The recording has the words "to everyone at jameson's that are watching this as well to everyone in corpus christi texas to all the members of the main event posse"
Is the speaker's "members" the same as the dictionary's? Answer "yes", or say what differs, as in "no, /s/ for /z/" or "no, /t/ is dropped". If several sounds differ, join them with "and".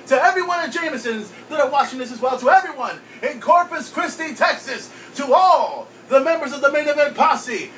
yes